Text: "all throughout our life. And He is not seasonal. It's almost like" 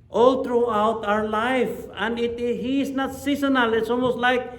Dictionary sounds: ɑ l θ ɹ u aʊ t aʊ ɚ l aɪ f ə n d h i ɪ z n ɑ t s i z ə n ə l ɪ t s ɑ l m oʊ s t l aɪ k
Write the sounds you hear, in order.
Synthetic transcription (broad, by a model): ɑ l t ɹ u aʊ t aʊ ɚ l aɪ f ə n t h i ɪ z n ɑ t s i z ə n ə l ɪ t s ɑ l m oʊ s t l aɪ k